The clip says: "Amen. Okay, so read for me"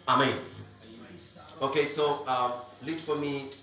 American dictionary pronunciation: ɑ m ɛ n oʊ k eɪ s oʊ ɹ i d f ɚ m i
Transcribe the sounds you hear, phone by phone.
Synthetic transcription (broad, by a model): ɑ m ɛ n oʊ k eɪ s oʊ l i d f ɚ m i